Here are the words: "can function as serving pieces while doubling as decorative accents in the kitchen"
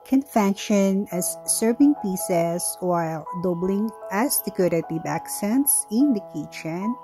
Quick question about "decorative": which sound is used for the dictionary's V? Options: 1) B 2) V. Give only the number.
1